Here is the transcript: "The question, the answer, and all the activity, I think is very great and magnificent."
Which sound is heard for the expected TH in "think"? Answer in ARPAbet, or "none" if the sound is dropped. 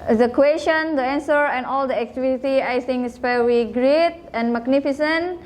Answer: S